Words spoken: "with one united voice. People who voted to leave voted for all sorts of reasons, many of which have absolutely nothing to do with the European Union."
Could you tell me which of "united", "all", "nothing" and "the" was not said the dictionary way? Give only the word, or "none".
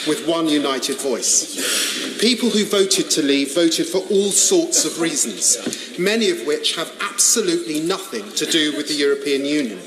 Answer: none